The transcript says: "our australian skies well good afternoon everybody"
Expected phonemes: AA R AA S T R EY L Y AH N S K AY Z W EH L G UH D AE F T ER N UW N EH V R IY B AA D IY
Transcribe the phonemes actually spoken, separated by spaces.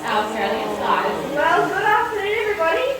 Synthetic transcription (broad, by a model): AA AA S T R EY L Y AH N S AY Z W EH L G UH D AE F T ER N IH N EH V R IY B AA D IY